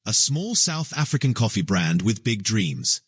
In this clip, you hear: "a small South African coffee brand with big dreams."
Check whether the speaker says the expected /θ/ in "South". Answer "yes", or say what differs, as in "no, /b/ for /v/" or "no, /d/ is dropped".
yes